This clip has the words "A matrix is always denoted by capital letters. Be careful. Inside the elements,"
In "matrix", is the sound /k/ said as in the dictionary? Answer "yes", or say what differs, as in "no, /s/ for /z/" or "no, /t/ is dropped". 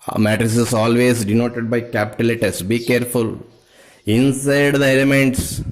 no, /k/ is dropped